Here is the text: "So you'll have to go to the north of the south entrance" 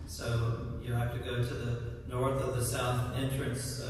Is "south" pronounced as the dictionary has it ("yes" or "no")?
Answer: yes